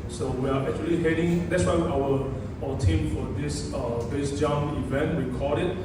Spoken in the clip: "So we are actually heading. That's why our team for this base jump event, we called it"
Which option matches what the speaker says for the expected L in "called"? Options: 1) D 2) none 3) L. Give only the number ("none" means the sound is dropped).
2